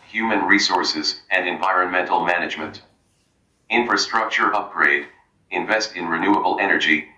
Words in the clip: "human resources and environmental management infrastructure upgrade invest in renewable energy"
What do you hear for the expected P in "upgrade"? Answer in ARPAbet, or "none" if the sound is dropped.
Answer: P